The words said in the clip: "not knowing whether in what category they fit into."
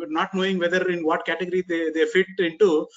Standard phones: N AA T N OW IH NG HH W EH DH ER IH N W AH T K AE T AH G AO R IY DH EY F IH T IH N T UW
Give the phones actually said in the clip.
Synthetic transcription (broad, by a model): N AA T N OW IH NG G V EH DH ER IH N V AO T K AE T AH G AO R IY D EY F IH T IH N T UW